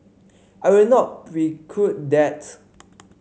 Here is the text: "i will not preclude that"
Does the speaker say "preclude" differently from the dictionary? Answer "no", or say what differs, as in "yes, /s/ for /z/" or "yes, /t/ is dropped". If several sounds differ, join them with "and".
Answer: yes, /l/ is dropped